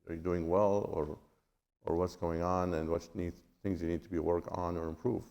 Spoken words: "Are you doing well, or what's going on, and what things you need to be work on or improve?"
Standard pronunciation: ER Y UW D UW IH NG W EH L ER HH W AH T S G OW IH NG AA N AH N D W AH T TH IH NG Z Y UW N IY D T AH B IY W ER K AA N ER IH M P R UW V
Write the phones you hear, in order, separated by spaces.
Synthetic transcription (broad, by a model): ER Y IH D UW IH NG W EH L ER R W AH T S G OW IH NG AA N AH N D W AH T TH IH NG Z Y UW N IY D T AH B IY W ER K N ER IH M P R UW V